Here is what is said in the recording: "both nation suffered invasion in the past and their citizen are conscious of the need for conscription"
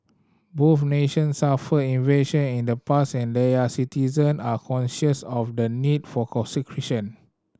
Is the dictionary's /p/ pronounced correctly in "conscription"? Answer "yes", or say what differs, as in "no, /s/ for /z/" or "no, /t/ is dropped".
no, /p/ is dropped